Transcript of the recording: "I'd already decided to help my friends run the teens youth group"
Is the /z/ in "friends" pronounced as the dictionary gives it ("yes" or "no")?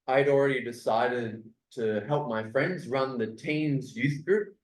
yes